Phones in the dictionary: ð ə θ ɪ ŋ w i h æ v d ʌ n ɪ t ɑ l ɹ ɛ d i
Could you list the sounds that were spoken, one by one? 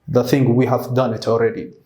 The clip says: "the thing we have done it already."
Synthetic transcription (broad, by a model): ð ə θ ɪ ŋ w i h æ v d ʌ n ɪ t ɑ l ɹ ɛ d i